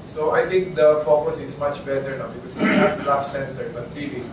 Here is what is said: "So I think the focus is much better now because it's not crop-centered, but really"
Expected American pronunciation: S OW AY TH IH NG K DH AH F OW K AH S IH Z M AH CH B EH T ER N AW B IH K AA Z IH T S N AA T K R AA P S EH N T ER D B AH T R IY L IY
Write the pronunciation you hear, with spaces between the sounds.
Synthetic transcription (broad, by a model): S OW AY T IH NG K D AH F OW K AH S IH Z M AH CH B EH T ER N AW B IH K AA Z IH T S N AA T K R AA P S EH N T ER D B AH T R IY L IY